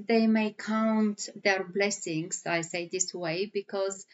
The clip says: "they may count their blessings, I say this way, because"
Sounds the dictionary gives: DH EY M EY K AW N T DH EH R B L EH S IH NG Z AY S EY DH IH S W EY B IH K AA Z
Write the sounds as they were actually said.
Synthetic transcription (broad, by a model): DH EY M EY K AW N T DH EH R B L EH S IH NG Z AY S EY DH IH S W EY B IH K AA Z